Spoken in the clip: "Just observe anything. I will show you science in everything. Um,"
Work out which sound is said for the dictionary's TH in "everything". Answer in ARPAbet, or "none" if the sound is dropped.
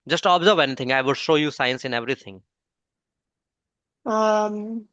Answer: T